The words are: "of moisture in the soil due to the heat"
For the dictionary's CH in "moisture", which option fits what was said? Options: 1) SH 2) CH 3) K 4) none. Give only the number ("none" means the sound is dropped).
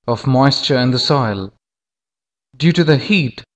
2